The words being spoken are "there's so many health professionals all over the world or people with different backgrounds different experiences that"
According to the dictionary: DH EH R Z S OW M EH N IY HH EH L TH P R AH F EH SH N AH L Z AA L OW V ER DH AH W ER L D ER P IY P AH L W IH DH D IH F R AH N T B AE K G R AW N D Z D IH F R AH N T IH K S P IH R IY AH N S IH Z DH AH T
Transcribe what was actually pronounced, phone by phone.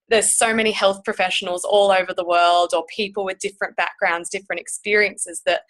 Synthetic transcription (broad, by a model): DH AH R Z S OW M EH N IY HH EH L TH P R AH F EH SH N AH L Z AA L OW V ER DH AH W ER L D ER P IY P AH L W IH DH D IH F R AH N B AE K G R AW N D Z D IH F R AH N T IH K S P IH R IY AH N S IH Z DH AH T